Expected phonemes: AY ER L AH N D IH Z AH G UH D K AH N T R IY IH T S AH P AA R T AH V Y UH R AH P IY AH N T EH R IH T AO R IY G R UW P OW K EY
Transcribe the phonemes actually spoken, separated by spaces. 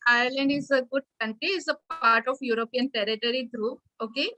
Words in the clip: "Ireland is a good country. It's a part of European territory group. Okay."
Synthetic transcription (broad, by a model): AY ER L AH N D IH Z AH G UH D K AH N T R IY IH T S AH P AA R T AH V Y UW R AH P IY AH N T EH R IH T AO R IY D R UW OW K EY